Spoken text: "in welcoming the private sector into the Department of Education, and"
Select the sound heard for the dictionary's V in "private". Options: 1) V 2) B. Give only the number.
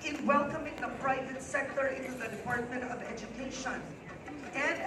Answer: 1